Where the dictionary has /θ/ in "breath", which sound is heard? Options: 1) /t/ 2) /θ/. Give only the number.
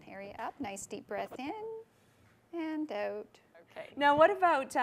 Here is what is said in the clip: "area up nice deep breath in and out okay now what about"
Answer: 2